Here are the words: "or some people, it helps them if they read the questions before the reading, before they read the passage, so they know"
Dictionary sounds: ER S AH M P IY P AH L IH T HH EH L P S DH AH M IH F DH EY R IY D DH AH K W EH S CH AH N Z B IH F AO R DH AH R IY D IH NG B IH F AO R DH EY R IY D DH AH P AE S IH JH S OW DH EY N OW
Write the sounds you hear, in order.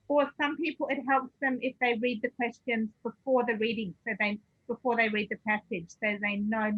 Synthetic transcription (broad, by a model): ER S AH M P IY P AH L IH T HH EH L P S DH AH M IH F DH EY R IY D DH AH K W EH S CH AH N Z B IH F AO R DH AH R IY D IH NG B IH F AO R DH EY R IY D DH AH P AE S IH JH S OW DH EY N OW